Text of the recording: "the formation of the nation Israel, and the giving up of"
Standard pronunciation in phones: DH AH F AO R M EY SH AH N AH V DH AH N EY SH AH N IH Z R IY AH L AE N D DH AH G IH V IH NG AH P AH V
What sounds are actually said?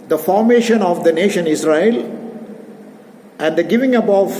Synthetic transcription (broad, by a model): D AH F AO R M EY SH AH N AH V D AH N EY SH AH N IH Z R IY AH L AE N D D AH G IH V IH NG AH B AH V